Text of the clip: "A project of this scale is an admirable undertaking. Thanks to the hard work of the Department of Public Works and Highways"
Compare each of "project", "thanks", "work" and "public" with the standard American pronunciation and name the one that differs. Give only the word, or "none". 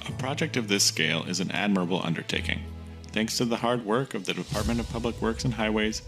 none